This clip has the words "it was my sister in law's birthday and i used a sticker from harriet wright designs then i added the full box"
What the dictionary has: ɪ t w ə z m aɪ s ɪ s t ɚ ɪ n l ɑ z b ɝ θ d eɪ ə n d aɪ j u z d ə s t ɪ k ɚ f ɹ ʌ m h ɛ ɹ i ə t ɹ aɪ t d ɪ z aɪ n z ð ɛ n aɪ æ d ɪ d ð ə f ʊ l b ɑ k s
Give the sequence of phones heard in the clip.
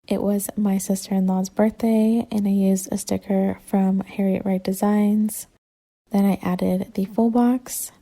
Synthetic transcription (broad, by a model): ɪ t w ə z m aɪ s ɪ s t ɚ ɪ n l ɑ z b ɝ θ d eɪ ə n aɪ j u z d ə s t ɪ k ɚ f ɹ ʌ m h ɛ ɹ i ə t ɹ aɪ t d ɪ z aɪ n z ð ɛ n aɪ æ d ɪ d ð ə f ʊ l b ɑ k s